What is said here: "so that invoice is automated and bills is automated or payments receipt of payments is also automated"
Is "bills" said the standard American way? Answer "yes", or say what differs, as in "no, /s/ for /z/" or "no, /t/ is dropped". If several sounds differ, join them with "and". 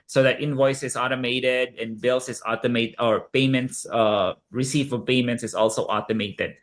no, /s/ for /z/